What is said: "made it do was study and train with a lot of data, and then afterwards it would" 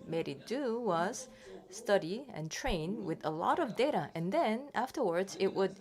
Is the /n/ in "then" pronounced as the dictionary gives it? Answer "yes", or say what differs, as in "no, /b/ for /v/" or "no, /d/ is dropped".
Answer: yes